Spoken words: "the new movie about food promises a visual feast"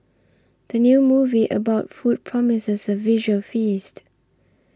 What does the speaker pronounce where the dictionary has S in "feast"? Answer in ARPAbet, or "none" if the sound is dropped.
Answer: S